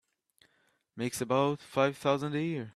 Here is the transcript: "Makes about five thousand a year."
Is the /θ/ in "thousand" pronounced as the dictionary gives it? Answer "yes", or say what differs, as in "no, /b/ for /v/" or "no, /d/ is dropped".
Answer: yes